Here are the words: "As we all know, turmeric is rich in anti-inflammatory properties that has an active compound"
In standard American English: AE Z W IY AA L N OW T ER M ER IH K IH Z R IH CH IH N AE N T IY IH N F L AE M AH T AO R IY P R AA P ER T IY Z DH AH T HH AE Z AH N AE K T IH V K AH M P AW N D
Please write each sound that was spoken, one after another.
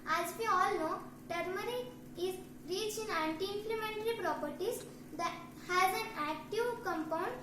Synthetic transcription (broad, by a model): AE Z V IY AA L N OW T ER M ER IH IH Z R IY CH IH N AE N T IY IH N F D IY M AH T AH R IY P R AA P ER T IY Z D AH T HH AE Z AH N AE K T IH V K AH M P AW N D